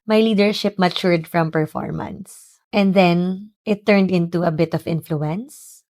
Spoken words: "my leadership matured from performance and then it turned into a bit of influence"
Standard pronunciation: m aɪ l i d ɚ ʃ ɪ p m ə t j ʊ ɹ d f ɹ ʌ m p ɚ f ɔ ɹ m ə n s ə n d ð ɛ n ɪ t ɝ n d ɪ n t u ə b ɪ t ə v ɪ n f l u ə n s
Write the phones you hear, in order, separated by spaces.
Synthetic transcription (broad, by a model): m aɪ l i d ɚ ʃ ɪ p m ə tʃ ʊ ɹ d f ɹ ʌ m p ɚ f ɔ ɹ m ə n s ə n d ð ɛ n ɪ t ɝ n d ɪ n t u ə b ɪ t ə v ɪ n f l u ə n s